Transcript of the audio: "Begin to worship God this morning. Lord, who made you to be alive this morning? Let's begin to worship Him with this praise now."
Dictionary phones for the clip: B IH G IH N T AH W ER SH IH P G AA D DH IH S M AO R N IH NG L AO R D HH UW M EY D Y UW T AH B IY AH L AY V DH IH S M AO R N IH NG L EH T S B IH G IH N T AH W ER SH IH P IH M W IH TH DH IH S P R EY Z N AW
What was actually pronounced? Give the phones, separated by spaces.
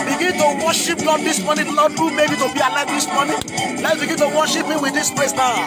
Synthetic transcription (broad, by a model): B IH G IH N T AH W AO SH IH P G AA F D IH S M AO N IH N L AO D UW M EY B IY T AH B IY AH L AY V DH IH S M AO N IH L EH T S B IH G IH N T AH W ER SH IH P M W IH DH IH S P L EY S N AW